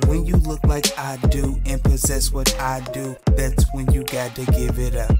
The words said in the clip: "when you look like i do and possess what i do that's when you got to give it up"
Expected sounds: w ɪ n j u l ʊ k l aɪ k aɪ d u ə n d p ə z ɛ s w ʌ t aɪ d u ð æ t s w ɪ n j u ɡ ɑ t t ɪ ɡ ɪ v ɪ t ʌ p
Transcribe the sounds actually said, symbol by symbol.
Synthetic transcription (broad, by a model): w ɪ n j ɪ l ʊ k l aɪ k aɪ d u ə n p ə z ɛ s w ʌ t aɪ d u ð æ t s w ɪ n j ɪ ɡ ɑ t t ɪ ɡ ɪ v ɪ t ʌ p